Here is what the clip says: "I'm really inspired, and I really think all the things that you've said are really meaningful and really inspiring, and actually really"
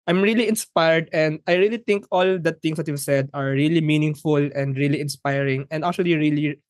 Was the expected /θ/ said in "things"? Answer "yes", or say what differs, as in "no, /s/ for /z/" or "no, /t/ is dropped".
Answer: no, /t/ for /θ/